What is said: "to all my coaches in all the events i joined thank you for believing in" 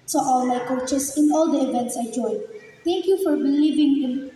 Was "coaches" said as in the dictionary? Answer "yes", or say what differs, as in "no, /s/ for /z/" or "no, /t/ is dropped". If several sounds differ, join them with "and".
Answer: no, /s/ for /z/